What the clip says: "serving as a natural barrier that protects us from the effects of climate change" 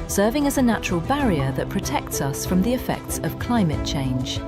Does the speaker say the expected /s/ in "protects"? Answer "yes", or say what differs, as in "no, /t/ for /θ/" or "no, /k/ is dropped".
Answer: yes